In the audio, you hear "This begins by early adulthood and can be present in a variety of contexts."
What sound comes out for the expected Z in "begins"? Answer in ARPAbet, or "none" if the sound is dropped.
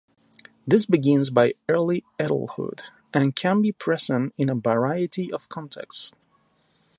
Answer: Z